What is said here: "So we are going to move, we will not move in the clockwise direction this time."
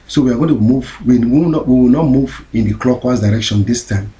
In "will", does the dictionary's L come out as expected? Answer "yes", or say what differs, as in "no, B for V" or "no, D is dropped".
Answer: no, W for L